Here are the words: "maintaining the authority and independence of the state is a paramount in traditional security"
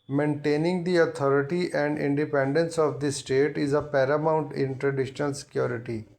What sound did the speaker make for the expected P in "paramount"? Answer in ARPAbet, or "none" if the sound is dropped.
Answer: P